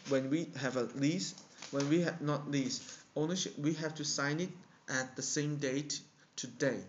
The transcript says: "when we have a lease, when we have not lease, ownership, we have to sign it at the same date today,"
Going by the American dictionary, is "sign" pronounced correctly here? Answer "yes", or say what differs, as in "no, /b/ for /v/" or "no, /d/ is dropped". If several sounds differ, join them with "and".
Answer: yes